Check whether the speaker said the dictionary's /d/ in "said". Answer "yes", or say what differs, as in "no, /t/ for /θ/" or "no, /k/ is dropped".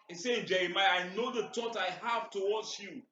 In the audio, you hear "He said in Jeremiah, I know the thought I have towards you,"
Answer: no, /d/ is dropped